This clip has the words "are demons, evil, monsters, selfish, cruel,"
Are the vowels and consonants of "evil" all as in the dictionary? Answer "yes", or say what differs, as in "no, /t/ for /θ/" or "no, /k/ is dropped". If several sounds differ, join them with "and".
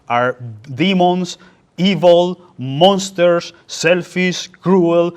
yes